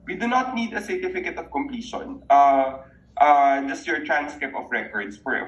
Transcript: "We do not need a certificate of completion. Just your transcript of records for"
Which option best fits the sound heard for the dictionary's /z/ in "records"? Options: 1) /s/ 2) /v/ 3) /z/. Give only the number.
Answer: 1